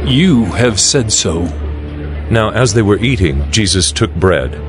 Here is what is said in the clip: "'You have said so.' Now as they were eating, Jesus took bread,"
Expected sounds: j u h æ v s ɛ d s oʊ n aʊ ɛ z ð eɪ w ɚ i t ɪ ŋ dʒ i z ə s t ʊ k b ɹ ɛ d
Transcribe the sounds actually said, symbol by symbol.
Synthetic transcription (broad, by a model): j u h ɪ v s ɛ d s oʊ n aʊ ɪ z ð eɪ w ɚ i t ɪ ŋ dʒ i z ə s t ʊ k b ɹ ɛ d